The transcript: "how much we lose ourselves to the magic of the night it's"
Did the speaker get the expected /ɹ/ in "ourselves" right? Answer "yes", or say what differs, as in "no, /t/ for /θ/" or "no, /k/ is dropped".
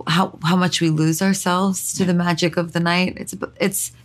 yes